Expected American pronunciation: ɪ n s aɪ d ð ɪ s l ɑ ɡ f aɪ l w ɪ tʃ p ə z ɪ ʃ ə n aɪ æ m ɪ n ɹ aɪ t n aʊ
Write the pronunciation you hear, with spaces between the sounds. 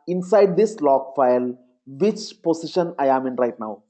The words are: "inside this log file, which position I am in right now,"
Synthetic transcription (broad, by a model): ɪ n s aɪ d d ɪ s l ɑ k f aɪ l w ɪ tʃ p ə s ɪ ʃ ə n aɪ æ m ɪ n ɹ aɪ t n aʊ